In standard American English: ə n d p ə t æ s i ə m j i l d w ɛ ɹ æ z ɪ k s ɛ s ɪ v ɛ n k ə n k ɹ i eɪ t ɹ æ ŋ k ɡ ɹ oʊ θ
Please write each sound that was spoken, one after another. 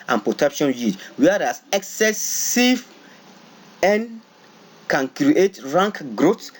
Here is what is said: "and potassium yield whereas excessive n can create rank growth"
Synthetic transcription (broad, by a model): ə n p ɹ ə t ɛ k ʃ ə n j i d w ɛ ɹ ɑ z ɪ k s ɛ s ɪ v ɛ n k ə n k ɹ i eɪ t ɹ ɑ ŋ k ɡ ɹ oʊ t